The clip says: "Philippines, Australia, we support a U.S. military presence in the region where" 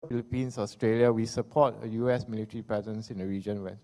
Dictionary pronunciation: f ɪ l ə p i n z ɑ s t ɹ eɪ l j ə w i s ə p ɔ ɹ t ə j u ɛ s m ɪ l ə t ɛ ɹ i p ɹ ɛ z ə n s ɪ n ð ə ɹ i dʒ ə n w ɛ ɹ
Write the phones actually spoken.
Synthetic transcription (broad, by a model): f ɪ l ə p i n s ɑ s t ɹ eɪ l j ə w i s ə p ɔ t ə j u ɛ s m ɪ l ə t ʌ ɹ i p ɛ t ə n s ɪ n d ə ɹ i dʒ ə n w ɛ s